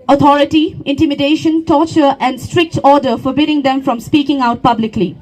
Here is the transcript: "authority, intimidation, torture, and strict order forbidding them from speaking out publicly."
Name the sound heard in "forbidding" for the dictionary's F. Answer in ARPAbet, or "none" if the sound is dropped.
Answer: F